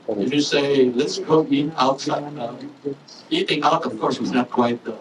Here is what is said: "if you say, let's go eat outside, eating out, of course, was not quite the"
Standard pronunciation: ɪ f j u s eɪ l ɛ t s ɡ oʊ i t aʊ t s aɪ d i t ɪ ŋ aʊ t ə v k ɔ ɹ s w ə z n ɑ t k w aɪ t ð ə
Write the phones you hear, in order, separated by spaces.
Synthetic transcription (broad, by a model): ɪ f j u s eɪ l ɛ t s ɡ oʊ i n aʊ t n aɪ i t ɪ ŋ aʊ t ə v k ɔ ɹ s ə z n ɑ t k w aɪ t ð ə